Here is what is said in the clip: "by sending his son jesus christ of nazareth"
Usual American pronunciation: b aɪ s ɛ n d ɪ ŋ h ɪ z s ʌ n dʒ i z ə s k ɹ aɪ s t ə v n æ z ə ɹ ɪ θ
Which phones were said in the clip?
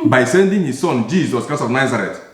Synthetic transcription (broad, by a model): b aɪ s ɛ n d ɪ ŋ h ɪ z s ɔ n dʒ i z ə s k aɪ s ə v n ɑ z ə ɹ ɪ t